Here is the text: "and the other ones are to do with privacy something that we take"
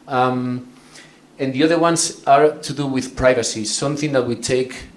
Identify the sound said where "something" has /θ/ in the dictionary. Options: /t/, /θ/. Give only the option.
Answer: /θ/